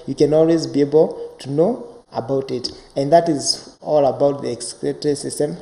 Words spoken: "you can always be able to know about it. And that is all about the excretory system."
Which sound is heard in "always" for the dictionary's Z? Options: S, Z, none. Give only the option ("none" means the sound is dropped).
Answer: Z